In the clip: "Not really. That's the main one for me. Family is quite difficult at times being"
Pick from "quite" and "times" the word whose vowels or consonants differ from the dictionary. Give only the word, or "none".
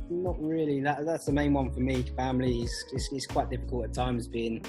none